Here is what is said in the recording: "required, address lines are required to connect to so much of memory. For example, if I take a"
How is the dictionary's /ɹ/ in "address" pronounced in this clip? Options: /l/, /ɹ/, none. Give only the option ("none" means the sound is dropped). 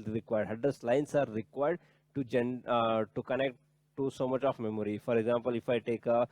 none